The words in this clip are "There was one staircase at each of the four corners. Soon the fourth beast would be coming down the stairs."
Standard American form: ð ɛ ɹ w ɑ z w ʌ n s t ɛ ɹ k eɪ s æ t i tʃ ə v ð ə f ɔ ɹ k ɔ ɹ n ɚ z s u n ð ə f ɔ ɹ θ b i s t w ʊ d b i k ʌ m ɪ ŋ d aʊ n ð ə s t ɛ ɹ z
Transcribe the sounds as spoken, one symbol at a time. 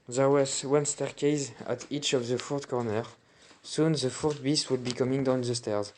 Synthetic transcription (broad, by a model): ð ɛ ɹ w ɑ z w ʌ n s t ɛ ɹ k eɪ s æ t i tʃ ə v ð ə f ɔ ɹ k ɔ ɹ n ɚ s u n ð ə f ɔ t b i s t w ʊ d b i k ʌ m ɪ ŋ d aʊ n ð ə s t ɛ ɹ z